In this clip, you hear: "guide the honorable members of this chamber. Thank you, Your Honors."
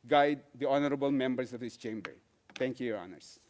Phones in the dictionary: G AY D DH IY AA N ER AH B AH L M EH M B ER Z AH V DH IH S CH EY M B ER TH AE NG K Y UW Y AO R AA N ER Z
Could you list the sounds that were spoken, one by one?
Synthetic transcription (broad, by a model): G AY D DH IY AA N ER AH B AH L M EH M B ER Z AH V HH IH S CH EY M B ER T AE NG K Y UW Y AO R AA N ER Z